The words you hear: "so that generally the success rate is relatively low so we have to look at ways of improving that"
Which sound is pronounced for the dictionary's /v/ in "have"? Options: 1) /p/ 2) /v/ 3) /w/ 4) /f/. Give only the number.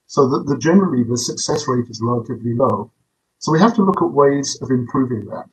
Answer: 4